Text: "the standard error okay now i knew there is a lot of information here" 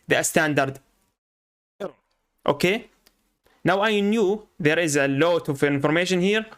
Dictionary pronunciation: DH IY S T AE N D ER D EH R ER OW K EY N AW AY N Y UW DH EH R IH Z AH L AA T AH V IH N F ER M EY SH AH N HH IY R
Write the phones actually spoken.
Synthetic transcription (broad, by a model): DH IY S T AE N D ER D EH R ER OW K EY N AW AY N Y UW DH EH R IH Z AH L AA T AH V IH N F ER M EY SH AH N HH IY R